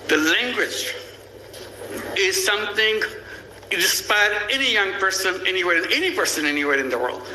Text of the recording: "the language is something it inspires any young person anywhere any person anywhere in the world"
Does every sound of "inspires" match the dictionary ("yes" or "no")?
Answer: no